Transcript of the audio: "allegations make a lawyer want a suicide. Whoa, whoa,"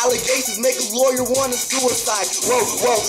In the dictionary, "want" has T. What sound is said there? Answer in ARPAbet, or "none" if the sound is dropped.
none